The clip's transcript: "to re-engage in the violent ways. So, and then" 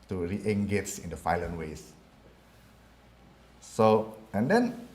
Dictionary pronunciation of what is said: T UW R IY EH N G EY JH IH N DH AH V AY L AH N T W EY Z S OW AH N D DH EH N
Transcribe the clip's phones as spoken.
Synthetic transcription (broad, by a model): T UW R IY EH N G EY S IH N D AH F AY L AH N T W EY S S OW AH N D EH N